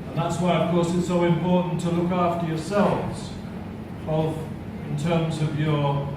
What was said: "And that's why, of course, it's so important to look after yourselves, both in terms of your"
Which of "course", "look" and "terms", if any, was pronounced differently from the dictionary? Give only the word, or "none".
none